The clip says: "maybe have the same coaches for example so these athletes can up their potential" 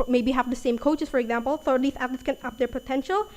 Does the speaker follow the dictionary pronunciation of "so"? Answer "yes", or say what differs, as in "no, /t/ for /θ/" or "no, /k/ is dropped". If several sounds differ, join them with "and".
no, /θ/ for /s/